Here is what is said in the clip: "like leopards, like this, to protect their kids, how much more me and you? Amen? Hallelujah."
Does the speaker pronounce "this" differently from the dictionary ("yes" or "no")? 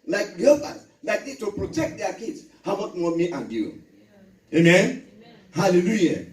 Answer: yes